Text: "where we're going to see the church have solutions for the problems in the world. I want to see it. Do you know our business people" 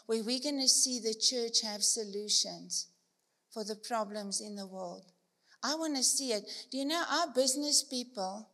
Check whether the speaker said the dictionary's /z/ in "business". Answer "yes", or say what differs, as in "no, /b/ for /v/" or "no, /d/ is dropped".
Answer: yes